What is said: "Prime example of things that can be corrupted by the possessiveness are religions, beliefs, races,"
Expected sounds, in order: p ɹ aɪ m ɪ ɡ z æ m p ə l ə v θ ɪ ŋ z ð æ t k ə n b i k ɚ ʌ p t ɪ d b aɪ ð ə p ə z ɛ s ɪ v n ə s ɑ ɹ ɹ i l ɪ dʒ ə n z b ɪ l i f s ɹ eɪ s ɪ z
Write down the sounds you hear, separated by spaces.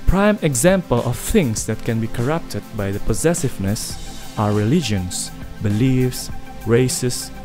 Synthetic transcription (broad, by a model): p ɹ aɪ m ɪ ɡ z æ m p ə l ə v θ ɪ ŋ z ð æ t k ə n b i k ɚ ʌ p t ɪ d b aɪ ð ə p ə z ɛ s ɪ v n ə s ɑ ɹ ɹ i l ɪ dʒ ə n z b ɪ l i f s ɹ eɪ s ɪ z